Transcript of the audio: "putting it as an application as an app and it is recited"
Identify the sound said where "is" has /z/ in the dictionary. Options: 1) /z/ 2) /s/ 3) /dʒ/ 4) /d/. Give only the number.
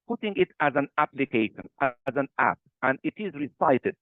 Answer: 1